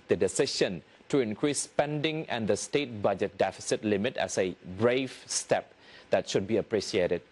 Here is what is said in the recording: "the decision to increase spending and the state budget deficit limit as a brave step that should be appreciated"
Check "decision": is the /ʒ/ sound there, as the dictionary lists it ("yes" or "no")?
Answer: no